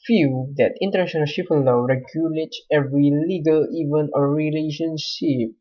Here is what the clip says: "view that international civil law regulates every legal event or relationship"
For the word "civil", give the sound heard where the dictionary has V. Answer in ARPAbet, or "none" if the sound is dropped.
P